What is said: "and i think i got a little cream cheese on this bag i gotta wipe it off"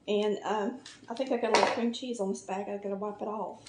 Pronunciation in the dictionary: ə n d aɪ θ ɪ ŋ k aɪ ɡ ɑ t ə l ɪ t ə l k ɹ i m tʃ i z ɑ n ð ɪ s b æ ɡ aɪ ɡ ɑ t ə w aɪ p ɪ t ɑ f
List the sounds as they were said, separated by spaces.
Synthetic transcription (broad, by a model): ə n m aɪ θ ɪ ŋ k aɪ ɡ ɑ t ə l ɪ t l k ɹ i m tʃ i z n ð ɪ s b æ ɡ aɪ ɡ ɑ t ə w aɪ p ɪ t ɑ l